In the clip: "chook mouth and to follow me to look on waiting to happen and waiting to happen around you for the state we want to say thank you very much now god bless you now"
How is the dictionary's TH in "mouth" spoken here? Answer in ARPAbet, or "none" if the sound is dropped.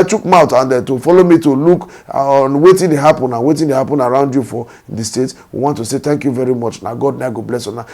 T